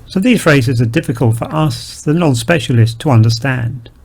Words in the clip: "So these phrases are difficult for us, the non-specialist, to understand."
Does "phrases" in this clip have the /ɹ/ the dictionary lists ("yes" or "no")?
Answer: yes